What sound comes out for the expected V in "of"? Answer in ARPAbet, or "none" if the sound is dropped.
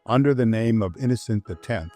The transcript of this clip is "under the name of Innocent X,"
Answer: V